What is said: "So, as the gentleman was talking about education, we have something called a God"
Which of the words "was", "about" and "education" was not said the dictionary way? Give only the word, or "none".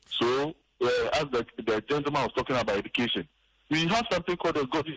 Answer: was